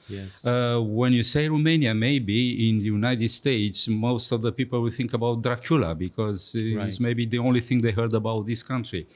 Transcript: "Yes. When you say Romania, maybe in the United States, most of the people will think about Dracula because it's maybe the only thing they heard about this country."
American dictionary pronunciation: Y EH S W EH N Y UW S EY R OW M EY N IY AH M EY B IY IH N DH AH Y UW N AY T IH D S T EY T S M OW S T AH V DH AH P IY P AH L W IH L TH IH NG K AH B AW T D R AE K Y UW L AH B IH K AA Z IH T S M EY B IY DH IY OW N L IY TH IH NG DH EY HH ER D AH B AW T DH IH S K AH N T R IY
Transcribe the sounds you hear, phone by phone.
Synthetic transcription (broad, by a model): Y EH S W EH N Y UW S EY R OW M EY N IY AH M EY B IY IH N Y UW N AY T IH D S T EY T S M OW S T AH V DH AH P IY P AH L W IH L TH IH NG K AH B AW T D R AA K Y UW L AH B IH K AA Z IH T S M EY B IY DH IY OW N L IY TH IH NG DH EY HH ER D AH B AW T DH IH S K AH N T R IY